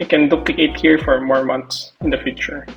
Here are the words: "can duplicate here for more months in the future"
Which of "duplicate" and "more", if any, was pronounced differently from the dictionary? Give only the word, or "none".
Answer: duplicate